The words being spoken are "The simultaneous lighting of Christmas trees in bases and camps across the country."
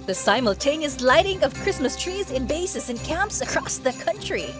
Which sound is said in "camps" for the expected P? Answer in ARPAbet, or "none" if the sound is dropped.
P